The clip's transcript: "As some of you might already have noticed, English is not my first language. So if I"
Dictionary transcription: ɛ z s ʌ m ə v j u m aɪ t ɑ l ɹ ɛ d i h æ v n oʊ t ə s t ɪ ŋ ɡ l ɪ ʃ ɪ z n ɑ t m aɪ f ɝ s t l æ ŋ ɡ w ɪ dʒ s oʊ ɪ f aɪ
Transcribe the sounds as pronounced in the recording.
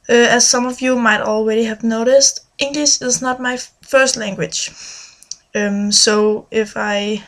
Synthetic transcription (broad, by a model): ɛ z s ʌ m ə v j u m aɪ t ɑ l ɹ ɛ d i h æ v n oʊ t ə s t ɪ ŋ ɡ l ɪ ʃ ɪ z n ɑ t m aɪ f ɝ s t l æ ŋ ɡ w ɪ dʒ s oʊ ɪ f aɪ